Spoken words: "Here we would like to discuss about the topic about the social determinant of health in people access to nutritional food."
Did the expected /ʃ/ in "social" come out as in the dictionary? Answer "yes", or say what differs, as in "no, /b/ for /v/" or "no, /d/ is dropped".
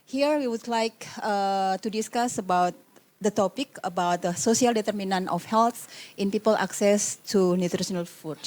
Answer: no, /s/ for /ʃ/